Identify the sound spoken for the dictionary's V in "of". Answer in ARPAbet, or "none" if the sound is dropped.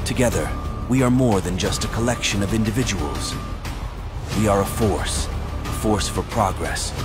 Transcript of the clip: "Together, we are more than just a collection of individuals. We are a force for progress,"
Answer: V